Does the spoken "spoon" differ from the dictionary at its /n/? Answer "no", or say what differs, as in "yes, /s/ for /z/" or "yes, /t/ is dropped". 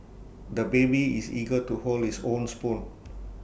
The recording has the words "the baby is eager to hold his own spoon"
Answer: yes, /l/ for /n/